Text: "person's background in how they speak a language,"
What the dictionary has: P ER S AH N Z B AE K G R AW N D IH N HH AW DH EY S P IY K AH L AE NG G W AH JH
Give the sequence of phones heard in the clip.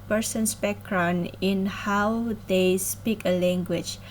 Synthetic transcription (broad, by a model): P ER S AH N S B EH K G R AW N IH N HH AW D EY S P IY K AH L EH NG G W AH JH